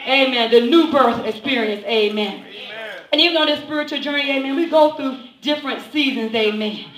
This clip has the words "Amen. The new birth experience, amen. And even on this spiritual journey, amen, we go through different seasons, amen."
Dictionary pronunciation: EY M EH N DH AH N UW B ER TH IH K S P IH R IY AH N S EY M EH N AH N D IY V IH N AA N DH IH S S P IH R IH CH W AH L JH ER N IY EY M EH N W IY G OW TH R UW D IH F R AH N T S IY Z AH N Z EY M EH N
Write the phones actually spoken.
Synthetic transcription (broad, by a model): EY M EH N DH AH N UW B ER TH IH K S P IH R IY AH N S EY M EH N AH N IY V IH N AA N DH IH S S P IH R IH CH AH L JH ER N IY EY M EH N W IY G OW TH R UW D IH F R AH N T S IY Z AH N Z EY M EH N